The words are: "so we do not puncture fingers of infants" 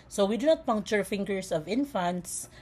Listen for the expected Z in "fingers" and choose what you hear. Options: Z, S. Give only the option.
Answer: S